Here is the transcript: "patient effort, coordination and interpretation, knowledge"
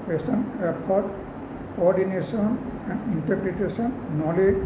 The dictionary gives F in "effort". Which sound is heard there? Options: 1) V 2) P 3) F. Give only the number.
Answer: 2